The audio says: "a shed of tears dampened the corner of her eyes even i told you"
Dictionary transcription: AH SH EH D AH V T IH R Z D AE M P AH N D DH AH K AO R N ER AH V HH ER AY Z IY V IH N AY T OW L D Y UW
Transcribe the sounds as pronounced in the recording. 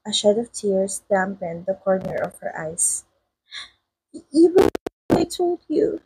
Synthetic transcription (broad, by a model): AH SH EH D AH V T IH R S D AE M P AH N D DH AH K AO R N ER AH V HH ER AY S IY W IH AY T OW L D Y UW